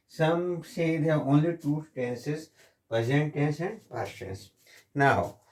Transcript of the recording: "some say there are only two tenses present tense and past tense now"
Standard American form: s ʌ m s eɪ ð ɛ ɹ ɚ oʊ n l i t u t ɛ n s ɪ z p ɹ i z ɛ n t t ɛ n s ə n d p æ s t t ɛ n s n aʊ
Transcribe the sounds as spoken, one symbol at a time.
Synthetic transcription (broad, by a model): s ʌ m s eɪ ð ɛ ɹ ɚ oʊ n l i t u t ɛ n s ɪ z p i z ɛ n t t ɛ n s ə n d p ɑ t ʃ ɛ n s n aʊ